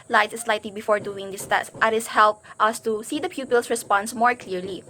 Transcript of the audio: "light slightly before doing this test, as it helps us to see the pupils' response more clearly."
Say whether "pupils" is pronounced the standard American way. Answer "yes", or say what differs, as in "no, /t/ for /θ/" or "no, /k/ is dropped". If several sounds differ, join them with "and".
no, /s/ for /z/